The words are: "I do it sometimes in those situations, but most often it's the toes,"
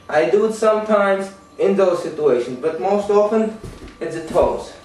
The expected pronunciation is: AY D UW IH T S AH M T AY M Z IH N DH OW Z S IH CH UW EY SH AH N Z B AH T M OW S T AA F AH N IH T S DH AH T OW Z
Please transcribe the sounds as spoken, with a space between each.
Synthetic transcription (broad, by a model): AY D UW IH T S AH M T AY M Z IH N DH OW Z S IH CH UW EY SH AH N Z B AH T M OW S T AA F AH N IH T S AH T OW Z